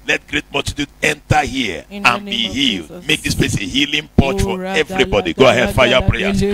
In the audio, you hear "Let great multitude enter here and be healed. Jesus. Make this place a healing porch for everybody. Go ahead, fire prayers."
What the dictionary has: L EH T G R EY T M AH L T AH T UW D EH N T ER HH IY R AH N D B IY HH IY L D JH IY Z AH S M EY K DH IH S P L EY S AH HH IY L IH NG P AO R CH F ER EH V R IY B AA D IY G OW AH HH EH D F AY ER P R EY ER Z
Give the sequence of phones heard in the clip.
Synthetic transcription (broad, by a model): L EH T G R EY T M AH T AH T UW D EH N T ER HH IY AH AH N B IY HH IY L D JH M EY K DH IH S P L EY S AH HH IY L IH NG P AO CH F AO EH V R IY B AA D IY G OW AH HH EH D F AY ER P R EY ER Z